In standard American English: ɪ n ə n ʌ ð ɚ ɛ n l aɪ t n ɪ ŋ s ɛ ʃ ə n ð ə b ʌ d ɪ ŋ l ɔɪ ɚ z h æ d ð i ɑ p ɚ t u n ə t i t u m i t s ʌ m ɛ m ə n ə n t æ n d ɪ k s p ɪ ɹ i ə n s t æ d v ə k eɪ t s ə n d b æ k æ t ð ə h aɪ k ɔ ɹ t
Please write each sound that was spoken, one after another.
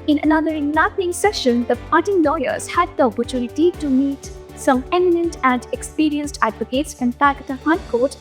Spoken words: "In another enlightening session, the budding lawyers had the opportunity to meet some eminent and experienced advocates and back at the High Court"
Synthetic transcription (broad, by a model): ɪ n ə n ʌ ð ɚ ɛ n aɪ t ɪ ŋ s ɛ ʃ ə n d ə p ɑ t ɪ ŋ l ɔɪ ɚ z h æ d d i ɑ p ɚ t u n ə t i t u m i t s ʌ m ɛ m ə n ə n t æ n d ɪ k s p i ɹ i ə n s t æ d v ə k eɪ t s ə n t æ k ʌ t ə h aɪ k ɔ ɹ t